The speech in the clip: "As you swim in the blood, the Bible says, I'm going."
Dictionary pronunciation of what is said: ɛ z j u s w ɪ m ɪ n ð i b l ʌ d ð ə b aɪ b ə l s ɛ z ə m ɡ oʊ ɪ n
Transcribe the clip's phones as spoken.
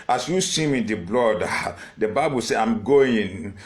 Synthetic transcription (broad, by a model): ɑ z j u s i m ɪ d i b l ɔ d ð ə b aɪ b ə l s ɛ ə m ɡ oʊ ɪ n